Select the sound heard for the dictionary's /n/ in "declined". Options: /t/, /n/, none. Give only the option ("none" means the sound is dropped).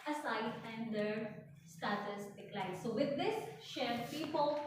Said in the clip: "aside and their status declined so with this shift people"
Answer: none